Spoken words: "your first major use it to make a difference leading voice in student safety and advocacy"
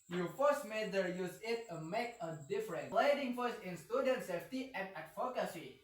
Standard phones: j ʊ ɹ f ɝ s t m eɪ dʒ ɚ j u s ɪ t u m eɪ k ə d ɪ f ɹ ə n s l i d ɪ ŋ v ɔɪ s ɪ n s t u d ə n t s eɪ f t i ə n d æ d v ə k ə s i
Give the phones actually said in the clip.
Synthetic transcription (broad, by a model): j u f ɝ s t m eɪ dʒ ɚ j u s ɪ t u m eɪ k ə d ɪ f ɹ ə n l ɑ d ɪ ŋ f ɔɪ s ɪ n s t u d ə n t s eɪ f t i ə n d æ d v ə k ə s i